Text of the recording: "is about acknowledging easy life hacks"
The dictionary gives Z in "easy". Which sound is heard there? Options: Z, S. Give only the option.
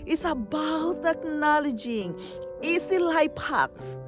S